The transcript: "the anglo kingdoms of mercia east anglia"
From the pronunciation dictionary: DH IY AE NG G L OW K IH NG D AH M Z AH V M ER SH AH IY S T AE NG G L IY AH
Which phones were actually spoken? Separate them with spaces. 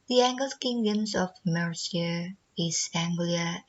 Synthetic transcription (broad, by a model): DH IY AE NG G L K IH NG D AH M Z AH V M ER S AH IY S AE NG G L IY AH